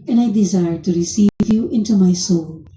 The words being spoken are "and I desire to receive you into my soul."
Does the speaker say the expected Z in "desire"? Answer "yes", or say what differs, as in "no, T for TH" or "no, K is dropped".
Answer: yes